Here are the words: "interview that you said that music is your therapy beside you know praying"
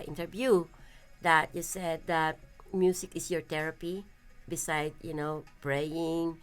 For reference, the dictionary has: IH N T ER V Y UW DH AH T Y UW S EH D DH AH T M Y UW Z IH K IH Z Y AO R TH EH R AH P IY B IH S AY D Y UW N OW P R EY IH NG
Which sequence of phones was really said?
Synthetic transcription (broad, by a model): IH N T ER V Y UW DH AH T Y UW S EH D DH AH T M Y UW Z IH K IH S Y AO R T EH R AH P IY B IH S AY D Y UW N OW P R EY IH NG